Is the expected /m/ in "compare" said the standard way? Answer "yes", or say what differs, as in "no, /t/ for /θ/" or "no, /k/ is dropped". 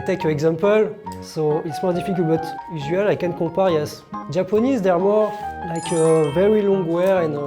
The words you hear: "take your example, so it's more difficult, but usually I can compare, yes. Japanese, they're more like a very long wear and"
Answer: no, /m/ is dropped